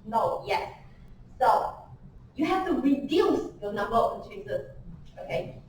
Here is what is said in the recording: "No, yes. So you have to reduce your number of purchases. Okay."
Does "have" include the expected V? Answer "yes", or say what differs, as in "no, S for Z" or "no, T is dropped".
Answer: no, F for V